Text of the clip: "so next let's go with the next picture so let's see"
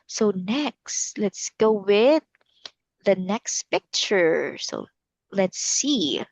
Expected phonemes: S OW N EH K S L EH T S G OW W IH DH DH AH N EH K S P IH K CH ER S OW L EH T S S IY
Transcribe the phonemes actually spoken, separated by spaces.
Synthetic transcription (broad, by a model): S OW N EH K S L EH T S G OW W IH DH DH AH N EH K S P IH K CH ER S OW L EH T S S IY